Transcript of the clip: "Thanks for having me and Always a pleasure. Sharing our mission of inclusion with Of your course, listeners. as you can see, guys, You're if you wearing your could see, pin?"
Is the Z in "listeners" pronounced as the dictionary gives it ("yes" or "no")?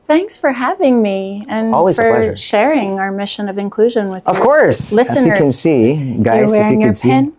no